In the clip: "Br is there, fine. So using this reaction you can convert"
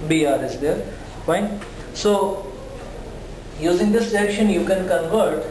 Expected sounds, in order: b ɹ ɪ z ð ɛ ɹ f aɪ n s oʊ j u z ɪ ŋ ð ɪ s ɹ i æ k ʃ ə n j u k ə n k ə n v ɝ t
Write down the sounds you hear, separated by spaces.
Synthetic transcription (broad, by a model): b ɹ ɪ z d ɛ ɹ p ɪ n s oʊ j u z ɪ ŋ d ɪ s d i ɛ k ʃ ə n j u k ə n k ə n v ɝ t